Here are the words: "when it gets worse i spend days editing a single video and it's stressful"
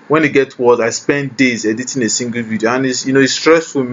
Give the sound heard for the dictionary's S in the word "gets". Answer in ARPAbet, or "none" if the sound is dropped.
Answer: none